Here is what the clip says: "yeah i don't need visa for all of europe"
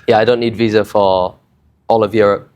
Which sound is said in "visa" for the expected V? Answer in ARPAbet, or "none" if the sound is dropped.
V